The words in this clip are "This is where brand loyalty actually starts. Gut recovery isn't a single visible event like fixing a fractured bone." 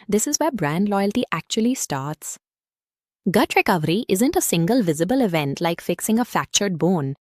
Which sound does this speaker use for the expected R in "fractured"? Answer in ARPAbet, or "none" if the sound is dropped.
none